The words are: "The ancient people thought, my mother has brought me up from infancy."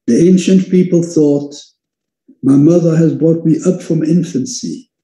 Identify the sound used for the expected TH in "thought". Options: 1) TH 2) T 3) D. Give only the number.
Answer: 1